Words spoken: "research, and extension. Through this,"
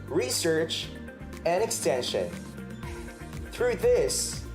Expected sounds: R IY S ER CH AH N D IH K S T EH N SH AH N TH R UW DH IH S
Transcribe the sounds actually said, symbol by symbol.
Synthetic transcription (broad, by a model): R IY S ER CH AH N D IH K S T EH N SH AH N TH R UW DH IH S